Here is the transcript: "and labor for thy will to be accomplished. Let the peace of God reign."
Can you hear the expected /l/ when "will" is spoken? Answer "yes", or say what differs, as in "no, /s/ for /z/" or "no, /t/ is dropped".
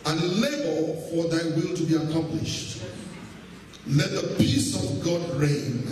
yes